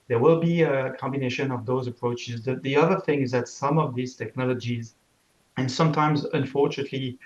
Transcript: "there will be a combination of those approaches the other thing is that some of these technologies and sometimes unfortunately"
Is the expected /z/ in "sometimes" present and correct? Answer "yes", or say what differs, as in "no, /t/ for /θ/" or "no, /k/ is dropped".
yes